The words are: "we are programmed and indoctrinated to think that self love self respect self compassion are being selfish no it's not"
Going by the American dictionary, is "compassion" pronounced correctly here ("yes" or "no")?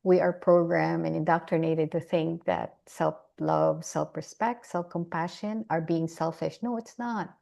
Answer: yes